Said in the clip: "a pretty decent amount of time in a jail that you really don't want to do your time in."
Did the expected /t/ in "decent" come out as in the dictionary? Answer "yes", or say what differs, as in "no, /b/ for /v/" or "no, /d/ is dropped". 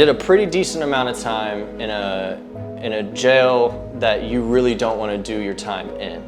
yes